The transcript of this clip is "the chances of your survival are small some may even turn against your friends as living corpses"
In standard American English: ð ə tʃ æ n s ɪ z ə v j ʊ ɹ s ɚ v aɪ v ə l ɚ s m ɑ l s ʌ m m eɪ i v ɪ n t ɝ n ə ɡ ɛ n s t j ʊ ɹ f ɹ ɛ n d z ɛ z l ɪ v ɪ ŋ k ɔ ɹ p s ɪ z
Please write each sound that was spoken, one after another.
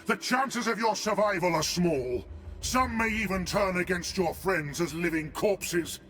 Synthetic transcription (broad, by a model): ð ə tʃ æ n s ɪ z ə v j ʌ ɹ s ɚ v aɪ v ə l ɚ s m ɑ l s ʌ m m eɪ i v ɪ n t ɝ n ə ɡ ɛ n s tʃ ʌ ɹ f ɹ ɛ n d z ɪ z l ɪ v ɪ ŋ k ɔ ɹ p s ɪ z